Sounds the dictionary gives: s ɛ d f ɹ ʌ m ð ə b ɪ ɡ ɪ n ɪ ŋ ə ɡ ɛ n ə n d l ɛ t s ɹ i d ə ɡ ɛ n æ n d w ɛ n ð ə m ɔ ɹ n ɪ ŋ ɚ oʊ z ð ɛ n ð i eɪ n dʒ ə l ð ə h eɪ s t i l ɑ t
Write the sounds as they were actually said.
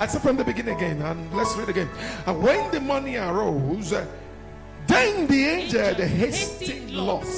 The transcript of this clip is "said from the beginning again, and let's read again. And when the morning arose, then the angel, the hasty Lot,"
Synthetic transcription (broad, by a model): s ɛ f ɹ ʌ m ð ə b ɪ ɡ ɪ n ɪ ŋ ə ɡ ɛ n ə n l ɛ t s ɹ i d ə ɡ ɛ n n w ɛ n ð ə m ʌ n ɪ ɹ oʊ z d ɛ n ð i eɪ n dʒ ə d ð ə h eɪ s t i l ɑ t